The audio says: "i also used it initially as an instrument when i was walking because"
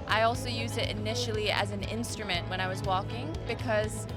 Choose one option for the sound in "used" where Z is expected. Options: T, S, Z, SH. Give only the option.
Z